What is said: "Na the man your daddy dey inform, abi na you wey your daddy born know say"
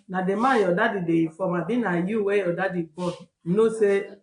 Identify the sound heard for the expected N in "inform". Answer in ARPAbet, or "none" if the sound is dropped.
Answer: none